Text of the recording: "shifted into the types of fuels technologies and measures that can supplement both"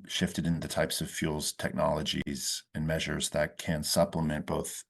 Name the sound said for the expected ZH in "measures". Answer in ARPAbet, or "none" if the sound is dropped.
ZH